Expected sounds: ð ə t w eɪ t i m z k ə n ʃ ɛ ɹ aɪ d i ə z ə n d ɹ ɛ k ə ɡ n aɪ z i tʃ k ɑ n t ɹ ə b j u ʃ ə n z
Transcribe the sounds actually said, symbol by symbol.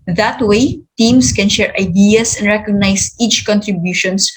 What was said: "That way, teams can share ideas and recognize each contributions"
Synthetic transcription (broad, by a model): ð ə t w eɪ t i m s k ə n ʃ ɛ ɹ aɪ d i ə s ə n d ɹ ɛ k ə ɡ n aɪ s i tʃ k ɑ n t ɹ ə b j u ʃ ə n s